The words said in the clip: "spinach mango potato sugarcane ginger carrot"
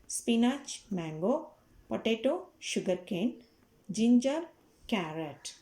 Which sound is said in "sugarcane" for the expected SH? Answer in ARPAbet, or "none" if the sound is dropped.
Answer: SH